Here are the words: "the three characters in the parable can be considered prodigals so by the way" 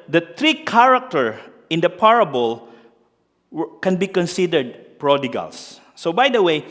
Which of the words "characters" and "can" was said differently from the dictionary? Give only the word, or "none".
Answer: characters